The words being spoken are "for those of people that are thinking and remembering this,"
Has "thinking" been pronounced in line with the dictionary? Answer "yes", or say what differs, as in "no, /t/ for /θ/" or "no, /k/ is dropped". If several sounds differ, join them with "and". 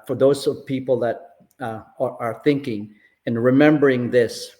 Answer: yes